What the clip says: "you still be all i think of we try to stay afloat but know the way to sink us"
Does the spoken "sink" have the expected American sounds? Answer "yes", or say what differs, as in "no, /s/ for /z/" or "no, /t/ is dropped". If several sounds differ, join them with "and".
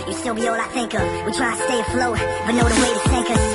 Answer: no, /θ/ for /s/